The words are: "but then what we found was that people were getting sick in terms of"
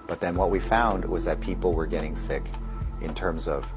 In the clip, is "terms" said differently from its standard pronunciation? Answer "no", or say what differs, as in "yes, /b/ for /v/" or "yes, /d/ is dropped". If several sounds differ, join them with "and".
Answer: no